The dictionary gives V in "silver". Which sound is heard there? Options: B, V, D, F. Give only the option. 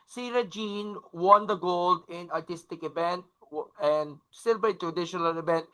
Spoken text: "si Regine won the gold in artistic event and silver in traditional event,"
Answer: B